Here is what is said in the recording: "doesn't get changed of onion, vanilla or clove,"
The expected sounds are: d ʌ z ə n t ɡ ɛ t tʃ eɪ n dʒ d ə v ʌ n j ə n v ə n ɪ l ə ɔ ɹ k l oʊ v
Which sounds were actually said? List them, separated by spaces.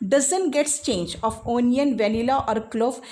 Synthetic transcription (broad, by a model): d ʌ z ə n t ɡ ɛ t tʃ eɪ n dʒ ə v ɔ n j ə n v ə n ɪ l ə ɔ ɹ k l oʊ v